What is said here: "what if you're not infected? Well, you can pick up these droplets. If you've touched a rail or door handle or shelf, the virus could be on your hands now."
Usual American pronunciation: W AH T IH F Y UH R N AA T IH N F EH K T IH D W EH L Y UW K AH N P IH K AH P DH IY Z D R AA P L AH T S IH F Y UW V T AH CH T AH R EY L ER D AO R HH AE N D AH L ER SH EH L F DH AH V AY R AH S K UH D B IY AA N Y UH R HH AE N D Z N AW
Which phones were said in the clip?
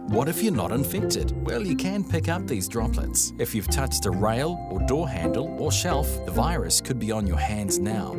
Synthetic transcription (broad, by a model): W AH T IH F Y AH R N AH T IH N F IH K T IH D W EH L Y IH K AH N P IH K AH P DH IY Z D R AA P L AH T S IH F Y UW V T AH CH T AH R EY L ER D AO R HH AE N D L ER SH EH L F DH AH V AY R AH S K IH D B IY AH N Y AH R HH AE N D Z N AW